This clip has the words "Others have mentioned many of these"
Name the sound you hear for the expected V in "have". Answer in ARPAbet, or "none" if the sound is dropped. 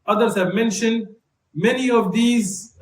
V